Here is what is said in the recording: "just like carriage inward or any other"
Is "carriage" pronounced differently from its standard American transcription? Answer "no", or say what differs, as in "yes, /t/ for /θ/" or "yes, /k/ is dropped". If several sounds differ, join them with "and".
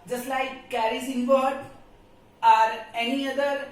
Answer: yes, /z/ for /dʒ/